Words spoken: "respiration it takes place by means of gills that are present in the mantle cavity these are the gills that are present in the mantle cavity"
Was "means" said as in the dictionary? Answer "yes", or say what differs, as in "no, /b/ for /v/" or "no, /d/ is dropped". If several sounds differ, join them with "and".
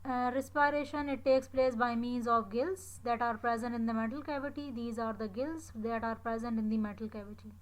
yes